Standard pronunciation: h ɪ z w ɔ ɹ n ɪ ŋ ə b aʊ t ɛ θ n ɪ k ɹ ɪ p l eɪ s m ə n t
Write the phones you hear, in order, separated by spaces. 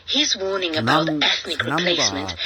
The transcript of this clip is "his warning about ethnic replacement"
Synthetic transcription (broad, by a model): h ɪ z w ɔ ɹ n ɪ ŋ ə b aʊ t ɛ θ n ɪ k ɹ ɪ p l eɪ s m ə n t